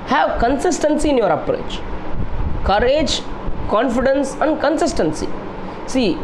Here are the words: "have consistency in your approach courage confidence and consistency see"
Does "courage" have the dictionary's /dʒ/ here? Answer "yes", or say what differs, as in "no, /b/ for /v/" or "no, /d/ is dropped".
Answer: yes